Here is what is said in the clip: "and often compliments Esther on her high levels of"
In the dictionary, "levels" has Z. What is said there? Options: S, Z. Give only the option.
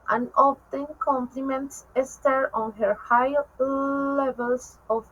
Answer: S